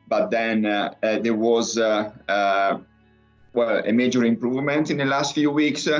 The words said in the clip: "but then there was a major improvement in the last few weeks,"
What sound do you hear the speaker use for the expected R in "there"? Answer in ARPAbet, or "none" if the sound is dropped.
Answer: W